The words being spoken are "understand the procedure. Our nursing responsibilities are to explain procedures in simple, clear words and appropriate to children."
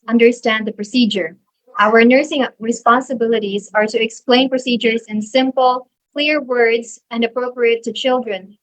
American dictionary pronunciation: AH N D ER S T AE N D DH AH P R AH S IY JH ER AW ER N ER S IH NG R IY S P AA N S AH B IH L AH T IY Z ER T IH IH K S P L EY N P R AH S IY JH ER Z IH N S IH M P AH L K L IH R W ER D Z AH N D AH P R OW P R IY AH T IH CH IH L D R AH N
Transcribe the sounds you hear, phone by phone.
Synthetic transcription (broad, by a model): AH N D ER S T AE N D DH AH P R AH S IY JH ER AW ER N ER S IH NG R IY S P AA N S AH B IH L AH T IY Z ER T IH IH K S P L EY N P R AH S IY JH ER Z IH N S IH M P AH L K L IH R W ER D Z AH N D AH P R OW P R IY AH T IH CH IH L D R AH N